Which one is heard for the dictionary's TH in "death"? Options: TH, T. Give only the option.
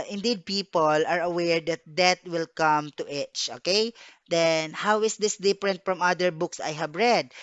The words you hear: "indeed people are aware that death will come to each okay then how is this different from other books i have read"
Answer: T